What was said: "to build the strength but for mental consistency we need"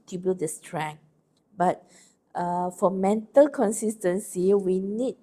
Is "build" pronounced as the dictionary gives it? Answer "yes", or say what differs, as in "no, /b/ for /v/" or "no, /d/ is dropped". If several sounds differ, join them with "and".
no, /l/ is dropped